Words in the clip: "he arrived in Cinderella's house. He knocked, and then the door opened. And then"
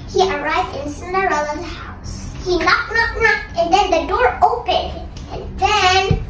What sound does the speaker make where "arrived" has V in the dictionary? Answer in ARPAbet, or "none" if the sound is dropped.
V